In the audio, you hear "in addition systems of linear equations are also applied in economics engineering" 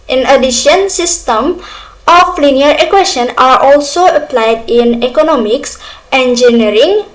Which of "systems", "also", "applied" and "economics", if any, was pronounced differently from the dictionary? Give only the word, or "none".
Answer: systems